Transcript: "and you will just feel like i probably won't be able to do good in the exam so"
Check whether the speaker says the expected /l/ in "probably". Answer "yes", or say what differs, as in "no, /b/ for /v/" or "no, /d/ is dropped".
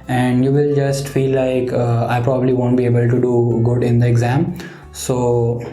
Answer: yes